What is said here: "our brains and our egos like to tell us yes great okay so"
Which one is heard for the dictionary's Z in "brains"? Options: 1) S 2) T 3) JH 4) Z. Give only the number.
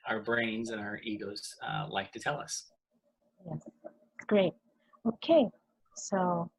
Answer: 4